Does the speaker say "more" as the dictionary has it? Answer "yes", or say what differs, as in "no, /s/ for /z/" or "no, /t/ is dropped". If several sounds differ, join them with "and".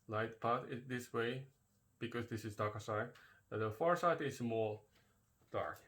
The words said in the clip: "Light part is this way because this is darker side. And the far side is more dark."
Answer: no, /l/ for /ɹ/